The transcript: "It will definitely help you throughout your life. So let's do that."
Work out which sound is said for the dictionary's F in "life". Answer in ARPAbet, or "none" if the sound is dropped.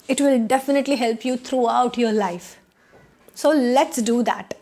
F